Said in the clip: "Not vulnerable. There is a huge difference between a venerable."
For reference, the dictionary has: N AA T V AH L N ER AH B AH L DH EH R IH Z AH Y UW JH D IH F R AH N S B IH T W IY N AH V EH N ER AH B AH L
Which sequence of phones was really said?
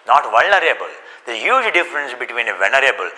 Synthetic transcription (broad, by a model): N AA T V AH L N ER AH B AH L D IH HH Y UW JH D IH F R AH N S B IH T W IY N AH V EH N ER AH B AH L